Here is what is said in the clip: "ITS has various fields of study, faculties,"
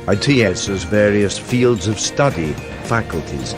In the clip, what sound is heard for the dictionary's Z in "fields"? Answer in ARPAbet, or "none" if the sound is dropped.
Z